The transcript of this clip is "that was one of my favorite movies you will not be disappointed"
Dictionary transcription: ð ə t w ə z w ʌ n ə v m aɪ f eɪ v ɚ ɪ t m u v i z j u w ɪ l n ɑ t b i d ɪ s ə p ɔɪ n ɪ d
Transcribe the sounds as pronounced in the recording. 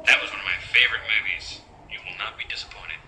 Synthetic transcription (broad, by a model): ð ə t w ə z w ʌ n ə v m aɪ f eɪ v ɚ ɪ t m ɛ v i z j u w ɪ l n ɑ t b i d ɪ s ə p ɔɪ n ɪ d